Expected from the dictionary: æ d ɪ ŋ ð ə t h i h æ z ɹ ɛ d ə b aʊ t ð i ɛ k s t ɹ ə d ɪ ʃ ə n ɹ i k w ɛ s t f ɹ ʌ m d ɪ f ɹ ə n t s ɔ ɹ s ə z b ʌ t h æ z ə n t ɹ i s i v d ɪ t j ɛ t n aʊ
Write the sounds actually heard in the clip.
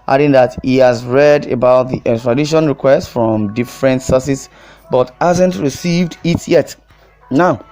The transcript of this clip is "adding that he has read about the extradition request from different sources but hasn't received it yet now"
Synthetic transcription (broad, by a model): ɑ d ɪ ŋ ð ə t h i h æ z ɹ ɛ d ə b aʊ t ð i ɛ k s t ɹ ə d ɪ ʃ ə n ɹ i k w ɛ s t f ɹ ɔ m d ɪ f ɹ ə n t s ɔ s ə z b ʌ t h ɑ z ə n t ɹ i s i v d ɪ t j ɛ t n aʊ